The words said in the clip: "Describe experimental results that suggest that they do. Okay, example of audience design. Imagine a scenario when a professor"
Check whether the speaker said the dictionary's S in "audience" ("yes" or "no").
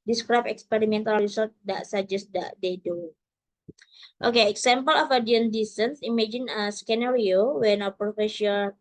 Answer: no